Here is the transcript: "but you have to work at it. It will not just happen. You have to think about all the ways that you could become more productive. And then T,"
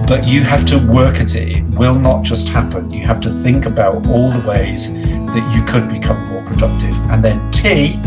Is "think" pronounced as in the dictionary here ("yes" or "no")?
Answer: yes